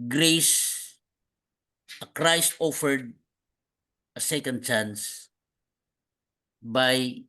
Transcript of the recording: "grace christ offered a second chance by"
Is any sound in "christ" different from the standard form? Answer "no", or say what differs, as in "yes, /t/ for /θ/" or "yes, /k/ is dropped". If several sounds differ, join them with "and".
no